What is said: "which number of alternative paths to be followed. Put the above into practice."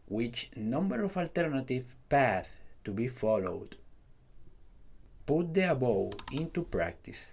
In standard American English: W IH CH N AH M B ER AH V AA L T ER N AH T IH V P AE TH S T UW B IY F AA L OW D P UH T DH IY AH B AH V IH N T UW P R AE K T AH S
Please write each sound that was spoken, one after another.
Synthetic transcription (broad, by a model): W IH CH N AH M B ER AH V AA L T ER N AH T IH V P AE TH T UW B IY F AA L OW D P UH T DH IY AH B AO W IH N T UW P R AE K T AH S